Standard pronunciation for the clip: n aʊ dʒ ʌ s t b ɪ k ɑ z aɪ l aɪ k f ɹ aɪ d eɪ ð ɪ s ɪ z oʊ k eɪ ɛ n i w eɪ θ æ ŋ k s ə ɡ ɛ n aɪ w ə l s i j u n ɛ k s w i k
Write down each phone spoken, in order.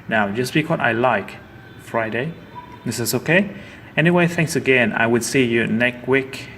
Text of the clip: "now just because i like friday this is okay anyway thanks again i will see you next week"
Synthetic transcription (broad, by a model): n aʊ dʒ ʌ s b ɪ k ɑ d aɪ l aɪ k f ɹ aɪ d eɪ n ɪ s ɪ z oʊ k eɪ ɛ n i w eɪ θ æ ŋ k s ə ɡ ɛ n aɪ w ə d s i j u n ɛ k w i k